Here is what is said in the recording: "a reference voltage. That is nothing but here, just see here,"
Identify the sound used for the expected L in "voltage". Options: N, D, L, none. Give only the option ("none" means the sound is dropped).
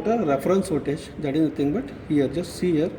none